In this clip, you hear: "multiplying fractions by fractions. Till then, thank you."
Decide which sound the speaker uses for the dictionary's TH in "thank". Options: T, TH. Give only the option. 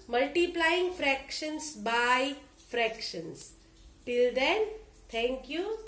T